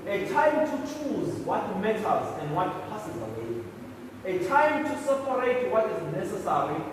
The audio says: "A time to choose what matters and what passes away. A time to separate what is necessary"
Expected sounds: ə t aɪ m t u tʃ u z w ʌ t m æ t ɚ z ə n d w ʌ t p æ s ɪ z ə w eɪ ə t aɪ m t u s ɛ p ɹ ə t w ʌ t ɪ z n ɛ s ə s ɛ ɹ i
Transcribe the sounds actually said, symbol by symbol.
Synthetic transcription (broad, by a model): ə t aɪ m t u tʃ u z w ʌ t m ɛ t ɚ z ə n d w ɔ t p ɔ s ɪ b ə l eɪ ə t aɪ m t u s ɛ p ɹ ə t w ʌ t ɪ z n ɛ s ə s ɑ ɹ i